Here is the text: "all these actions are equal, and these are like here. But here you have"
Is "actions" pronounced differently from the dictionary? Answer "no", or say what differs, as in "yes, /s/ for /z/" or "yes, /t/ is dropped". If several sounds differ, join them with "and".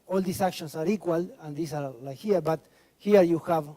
yes, /s/ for /z/